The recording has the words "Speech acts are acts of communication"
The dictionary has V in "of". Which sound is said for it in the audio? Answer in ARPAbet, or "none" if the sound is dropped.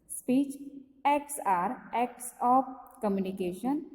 P